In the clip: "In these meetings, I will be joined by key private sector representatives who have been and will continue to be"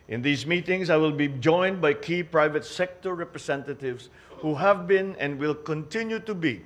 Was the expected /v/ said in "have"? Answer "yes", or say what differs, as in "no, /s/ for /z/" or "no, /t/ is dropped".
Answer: yes